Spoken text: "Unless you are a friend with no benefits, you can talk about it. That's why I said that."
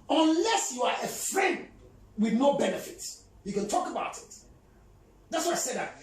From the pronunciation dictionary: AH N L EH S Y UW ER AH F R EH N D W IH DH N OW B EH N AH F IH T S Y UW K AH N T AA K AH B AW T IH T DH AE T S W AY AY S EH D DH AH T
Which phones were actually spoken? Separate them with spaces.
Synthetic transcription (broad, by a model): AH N L EH S Y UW ER AH F R EH N D W IH DH N OW B EH N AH F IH T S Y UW K AH N T AA K AH B AW T IH T DH AE T S W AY AY S EH D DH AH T